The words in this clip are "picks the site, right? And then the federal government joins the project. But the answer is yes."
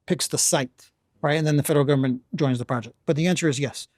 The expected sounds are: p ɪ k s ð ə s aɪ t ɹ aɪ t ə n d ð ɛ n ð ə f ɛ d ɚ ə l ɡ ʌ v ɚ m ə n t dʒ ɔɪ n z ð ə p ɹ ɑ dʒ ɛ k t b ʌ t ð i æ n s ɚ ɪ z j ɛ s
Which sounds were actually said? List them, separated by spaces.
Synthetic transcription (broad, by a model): p ɪ k s ð ə s aɪ t ɹ aɪ t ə n ð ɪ n ð ə f ɛ d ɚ l ɡ ʌ v ɚ m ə n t dʒ ɔɪ n z ð ə p ɹ ɑ dʒ ɛ k t b ʌ t ð i æ n s ɚ ɪ z j ɛ s